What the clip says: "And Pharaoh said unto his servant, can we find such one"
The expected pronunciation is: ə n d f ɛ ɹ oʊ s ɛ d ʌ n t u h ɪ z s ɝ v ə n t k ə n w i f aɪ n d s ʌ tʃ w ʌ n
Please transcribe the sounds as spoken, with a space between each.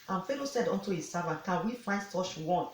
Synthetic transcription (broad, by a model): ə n f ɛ l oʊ s ɛ d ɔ n t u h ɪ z s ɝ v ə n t k ə n w i f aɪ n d s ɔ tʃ w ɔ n